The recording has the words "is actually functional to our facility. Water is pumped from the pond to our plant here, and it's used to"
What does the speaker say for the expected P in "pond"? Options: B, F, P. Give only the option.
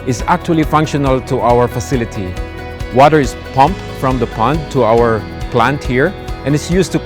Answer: P